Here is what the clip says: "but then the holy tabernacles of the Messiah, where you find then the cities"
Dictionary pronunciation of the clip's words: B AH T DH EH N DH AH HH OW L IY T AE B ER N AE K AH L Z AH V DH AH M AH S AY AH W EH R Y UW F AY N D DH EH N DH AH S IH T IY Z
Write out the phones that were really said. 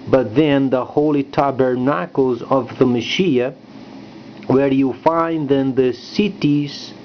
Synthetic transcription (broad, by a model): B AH T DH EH N DH AH HH OW L IY T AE B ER N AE K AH L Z AH V DH AH M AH SH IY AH W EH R Y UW F AY N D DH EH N DH AH S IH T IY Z